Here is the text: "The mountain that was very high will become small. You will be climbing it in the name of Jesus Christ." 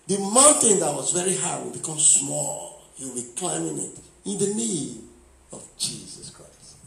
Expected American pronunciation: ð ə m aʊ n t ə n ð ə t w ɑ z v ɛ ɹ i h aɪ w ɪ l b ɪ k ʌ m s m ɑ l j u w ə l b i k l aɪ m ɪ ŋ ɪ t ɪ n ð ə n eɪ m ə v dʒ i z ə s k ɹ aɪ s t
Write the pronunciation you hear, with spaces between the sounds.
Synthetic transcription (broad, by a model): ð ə m aʊ n t ə n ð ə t w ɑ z v ɛ ɹ i h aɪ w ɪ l b ɪ k ʌ m s m ɑ l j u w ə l b i k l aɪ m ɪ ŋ ɪ t ɪ n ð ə n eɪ ə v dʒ i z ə s k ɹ aɪ s t